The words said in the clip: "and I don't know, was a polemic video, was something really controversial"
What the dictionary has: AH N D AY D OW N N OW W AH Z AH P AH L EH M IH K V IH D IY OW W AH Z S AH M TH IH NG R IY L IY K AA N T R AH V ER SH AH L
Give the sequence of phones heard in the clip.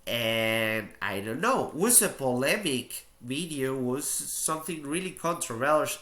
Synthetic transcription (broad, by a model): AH N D AY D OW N N OW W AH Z AH P AH L EH M IH K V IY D IY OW W AH Z S AH M TH IH NG R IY L IY K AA N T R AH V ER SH